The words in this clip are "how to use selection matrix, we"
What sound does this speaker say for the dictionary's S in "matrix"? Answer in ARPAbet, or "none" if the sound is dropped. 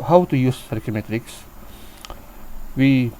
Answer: S